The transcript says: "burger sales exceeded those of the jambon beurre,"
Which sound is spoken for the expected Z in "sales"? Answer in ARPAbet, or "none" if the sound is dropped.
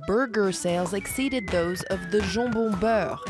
Z